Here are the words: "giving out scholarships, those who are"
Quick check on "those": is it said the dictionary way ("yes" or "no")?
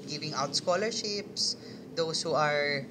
no